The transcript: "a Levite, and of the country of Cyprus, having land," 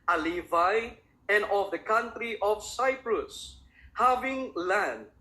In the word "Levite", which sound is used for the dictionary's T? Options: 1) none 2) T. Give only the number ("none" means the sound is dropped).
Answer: 1